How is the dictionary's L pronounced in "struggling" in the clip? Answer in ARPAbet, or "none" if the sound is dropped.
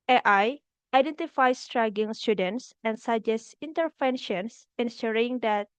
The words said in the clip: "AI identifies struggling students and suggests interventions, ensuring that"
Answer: none